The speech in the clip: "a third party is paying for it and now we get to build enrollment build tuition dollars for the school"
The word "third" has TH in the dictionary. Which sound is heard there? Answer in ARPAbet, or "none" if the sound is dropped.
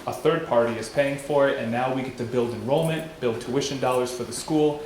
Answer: TH